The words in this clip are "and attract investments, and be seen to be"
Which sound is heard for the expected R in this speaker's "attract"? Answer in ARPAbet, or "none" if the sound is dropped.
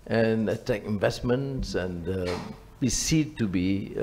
none